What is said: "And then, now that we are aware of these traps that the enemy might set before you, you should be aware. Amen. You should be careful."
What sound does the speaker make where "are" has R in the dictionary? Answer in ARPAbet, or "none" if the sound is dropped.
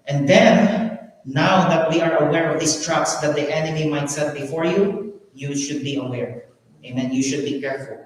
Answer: R